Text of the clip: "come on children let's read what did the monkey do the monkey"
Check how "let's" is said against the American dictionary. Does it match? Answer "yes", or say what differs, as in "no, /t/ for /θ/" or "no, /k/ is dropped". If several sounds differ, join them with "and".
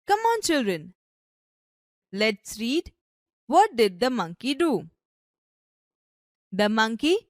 yes